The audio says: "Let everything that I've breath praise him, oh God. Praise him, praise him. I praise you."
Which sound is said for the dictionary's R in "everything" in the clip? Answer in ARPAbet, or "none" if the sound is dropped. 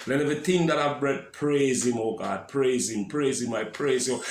none